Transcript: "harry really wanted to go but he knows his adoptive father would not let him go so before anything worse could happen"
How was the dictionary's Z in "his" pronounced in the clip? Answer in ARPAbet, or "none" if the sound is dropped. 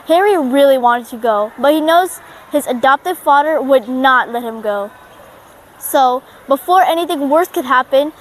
Z